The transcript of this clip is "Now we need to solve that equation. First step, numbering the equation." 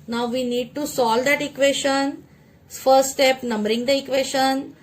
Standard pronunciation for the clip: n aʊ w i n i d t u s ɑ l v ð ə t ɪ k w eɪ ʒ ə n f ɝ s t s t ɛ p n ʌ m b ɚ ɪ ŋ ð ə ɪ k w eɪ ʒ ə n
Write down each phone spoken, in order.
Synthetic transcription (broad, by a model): n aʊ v i n i d t u s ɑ l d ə t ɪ k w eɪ ʃ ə n f ɝ s t s t ɛ p n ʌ m b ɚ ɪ ŋ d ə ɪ k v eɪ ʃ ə n